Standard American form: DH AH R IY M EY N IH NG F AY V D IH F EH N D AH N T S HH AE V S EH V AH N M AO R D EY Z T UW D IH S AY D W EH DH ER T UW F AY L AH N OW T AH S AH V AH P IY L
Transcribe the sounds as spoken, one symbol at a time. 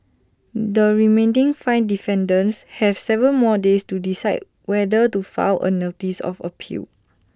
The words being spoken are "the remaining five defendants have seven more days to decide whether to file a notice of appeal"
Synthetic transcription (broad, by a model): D AH R IY M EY N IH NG F AY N D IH F EH N D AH N S HH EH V S EH V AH L M AO D EY S T UW D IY S AY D W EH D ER T UW F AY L AH N OW T AH S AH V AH P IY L